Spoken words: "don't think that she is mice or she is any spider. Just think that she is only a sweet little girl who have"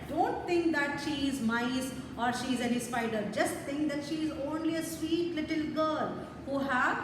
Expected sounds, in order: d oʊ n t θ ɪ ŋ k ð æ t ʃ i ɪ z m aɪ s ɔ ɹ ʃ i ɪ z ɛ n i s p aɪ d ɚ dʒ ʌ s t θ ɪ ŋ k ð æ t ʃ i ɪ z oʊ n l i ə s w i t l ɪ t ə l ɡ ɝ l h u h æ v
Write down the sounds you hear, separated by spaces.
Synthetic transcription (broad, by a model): d oʊ n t t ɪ ŋ k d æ t ʃ i ɪ z m aɪ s ɔ ɹ ʃ i ɪ z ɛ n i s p aɪ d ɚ dʒ ʌ s t t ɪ ŋ k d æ t ʃ i ɪ z oʊ n l i ə s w i t l ɪ t ə l ɡ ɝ l h u h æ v